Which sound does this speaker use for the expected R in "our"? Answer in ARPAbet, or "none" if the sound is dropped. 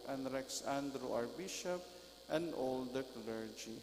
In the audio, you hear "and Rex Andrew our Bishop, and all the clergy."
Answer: R